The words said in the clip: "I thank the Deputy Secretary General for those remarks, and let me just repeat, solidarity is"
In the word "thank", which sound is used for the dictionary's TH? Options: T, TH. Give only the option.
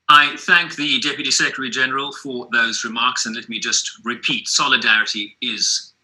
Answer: TH